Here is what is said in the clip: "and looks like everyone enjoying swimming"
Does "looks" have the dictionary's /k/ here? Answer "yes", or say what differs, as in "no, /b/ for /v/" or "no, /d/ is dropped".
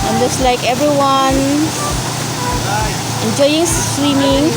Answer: no, /k/ is dropped